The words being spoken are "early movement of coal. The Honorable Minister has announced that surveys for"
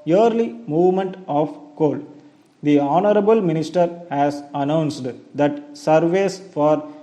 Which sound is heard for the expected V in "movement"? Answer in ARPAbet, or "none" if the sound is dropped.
V